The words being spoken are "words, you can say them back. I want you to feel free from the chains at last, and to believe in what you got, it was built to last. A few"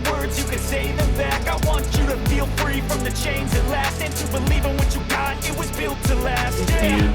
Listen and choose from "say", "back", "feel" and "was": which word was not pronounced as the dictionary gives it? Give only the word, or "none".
none